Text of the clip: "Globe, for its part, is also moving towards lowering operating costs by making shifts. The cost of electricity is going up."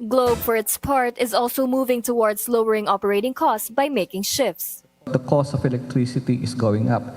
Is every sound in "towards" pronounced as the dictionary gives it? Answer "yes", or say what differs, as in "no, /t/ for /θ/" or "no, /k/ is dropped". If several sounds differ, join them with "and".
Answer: no, /s/ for /z/